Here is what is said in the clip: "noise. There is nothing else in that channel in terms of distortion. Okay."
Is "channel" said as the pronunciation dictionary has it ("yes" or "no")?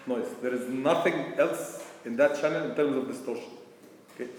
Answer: yes